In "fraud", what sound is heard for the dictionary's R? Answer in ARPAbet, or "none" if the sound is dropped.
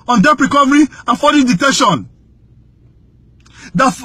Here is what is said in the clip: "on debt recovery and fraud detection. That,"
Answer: none